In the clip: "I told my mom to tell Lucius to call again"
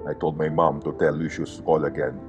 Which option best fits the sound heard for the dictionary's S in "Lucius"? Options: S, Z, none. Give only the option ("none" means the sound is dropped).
S